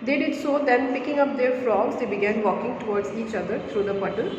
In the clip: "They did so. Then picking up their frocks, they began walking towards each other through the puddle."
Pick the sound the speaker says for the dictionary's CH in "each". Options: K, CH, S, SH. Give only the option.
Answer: CH